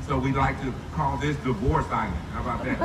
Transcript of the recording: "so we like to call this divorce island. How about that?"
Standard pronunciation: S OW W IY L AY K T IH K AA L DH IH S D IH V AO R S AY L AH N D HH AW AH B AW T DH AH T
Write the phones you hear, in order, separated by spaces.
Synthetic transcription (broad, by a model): S OW W IY L AY K T IH K AA L DH IH S D IH V AO R S AY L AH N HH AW AH B AW T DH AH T